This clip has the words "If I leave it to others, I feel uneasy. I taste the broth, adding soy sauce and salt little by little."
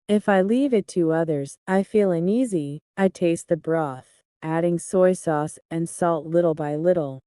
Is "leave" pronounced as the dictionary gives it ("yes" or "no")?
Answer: yes